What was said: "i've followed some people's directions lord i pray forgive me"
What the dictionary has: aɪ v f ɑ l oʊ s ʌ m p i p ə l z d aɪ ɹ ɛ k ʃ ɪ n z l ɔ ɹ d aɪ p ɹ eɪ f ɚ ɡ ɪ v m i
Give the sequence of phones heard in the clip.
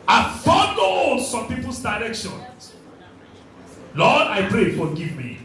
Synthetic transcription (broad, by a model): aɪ f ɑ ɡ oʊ s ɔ m p i p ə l s d aɪ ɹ ɛ k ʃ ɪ n l ɔ d aɪ p ɹ eɪ f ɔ ɡ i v m i